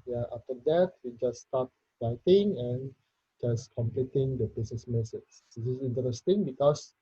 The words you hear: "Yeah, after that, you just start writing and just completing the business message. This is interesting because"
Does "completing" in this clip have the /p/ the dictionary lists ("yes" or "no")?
yes